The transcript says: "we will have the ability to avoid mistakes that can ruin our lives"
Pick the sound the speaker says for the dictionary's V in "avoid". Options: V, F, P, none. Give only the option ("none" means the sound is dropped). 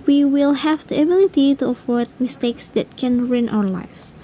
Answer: F